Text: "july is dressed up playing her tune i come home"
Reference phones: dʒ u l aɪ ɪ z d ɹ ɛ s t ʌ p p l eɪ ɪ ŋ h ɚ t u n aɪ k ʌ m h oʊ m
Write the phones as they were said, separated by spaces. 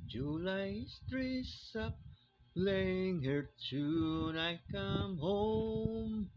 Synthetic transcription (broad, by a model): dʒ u l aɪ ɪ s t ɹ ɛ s ʌ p p l eɪ ɪ ŋ h ɚ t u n aɪ k ʌ m h oʊ m